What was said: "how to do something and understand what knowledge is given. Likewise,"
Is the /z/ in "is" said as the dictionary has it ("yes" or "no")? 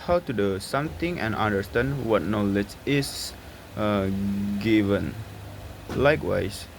no